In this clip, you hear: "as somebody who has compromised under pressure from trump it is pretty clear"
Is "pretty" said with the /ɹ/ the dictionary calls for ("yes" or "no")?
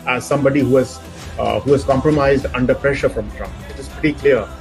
no